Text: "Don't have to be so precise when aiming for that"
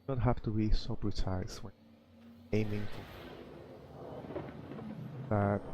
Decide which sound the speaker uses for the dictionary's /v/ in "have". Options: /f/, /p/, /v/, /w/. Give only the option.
/f/